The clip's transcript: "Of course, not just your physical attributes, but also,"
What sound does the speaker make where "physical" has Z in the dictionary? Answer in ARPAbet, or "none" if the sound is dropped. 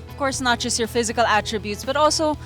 Z